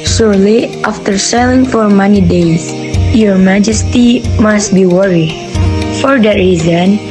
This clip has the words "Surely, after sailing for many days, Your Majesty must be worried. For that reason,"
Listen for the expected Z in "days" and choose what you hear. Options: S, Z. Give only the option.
S